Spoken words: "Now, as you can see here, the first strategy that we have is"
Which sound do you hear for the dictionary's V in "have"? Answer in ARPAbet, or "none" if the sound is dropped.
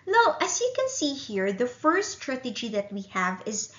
V